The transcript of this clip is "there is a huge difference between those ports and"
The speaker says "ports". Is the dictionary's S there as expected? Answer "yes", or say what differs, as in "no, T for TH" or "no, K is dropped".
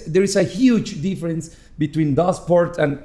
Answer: no, S is dropped